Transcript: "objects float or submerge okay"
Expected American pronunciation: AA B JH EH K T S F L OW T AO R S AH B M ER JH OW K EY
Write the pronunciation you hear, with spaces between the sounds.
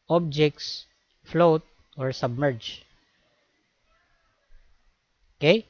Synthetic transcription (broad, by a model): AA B JH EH K T S F L OW T AO R S AH B M ER JH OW K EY